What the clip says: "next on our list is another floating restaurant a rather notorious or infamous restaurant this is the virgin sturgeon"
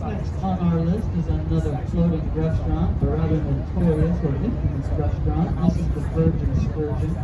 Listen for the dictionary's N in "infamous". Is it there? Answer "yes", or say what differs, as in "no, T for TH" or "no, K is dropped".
no, N is dropped